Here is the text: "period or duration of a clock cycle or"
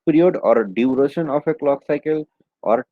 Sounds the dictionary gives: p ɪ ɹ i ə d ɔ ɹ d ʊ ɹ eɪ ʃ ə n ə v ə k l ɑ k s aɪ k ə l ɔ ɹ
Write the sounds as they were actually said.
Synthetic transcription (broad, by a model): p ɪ ɹ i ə d ɔ ɹ d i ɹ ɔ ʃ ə n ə p ə k l ɑ k s aɪ k ə l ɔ ɹ